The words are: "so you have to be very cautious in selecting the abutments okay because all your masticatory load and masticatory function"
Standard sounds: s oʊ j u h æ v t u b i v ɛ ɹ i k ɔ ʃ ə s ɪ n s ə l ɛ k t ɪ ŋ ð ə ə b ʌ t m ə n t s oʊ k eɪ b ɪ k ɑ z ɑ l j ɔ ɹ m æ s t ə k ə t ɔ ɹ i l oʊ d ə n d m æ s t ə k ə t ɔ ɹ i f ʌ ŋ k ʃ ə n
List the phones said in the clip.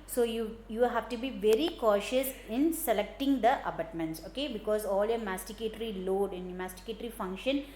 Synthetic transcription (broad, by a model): s oʊ j u h æ v t u b i v ɛ ɹ i k ɔ ʃ ə s ɪ n s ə l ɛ k t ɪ ŋ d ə ə b ʌ t m ə n t s oʊ k eɪ b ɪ k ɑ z ɑ l j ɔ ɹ m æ s t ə k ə t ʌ ɹ i l oʊ d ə n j m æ s t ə k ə t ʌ ɹ i f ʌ ŋ k ʃ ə n